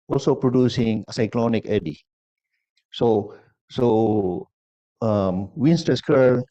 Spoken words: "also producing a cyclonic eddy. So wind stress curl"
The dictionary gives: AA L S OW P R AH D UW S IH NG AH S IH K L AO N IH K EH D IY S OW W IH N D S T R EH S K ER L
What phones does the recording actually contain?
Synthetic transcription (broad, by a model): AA L S OW P R AH D UW S IH NG AH S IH K L AO N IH K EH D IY S OW W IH N S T EH S K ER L